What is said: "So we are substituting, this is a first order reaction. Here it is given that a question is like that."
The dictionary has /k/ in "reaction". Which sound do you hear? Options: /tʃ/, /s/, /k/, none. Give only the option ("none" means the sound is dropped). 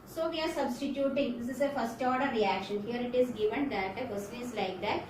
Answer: /k/